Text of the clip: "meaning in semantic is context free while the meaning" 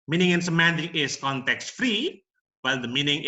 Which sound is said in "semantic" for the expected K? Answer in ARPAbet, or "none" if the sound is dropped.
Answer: none